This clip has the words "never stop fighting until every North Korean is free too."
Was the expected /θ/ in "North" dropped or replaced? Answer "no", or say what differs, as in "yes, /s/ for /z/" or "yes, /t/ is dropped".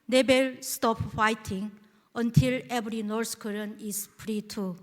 yes, /s/ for /θ/